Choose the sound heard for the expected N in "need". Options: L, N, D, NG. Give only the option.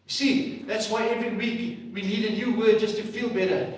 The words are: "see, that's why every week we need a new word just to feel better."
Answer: L